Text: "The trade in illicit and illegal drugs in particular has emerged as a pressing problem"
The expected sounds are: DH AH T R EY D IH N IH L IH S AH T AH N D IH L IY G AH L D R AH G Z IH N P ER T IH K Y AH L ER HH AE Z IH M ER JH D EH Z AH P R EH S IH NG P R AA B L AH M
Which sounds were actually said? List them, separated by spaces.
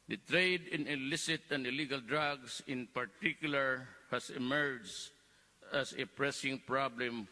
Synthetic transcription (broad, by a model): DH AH T R EY D IH N IH L IH S AH T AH N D IH L IY G AH L D R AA G S IH N P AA T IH K Y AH L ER HH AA S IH M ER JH AA S AH P R EH S IH NG P R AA B L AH M